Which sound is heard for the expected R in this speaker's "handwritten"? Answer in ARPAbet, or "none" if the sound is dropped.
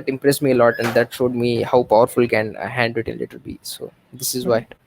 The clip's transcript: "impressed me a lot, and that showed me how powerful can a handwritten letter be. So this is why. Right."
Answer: none